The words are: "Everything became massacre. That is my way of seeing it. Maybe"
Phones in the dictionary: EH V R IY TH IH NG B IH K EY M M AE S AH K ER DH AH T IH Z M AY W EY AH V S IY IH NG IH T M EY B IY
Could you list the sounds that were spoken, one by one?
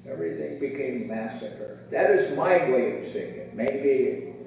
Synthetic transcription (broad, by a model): EH V R IY TH IH NG B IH K EY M M AE S AH K ER DH AH T IH Z M AY W EY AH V S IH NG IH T M EY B IY